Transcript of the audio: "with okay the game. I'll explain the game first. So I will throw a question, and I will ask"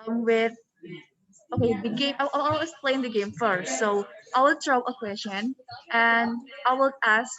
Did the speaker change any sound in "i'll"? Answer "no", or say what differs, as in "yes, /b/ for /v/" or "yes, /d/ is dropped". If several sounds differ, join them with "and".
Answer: yes, /w/ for /l/